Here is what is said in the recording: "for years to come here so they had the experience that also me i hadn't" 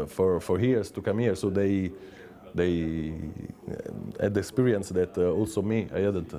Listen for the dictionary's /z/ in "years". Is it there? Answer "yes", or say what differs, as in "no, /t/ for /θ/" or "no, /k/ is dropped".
no, /s/ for /z/